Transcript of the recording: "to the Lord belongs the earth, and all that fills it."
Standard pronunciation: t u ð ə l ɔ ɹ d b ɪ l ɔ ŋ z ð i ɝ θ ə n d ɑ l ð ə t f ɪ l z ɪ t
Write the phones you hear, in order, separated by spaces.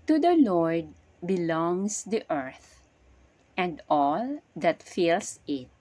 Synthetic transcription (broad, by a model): t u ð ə l ɔ ɹ d b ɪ l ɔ ŋ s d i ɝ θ ə n d ɑ l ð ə t f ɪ l s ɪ t